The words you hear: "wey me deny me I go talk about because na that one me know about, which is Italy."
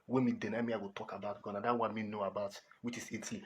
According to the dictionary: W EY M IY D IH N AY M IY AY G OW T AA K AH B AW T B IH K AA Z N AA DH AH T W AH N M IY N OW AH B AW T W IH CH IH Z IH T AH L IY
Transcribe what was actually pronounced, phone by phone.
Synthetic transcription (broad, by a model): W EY M IY D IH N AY M IY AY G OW T AA K AH B AW T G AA N AA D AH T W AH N M IY N OW AH B AW T W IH CH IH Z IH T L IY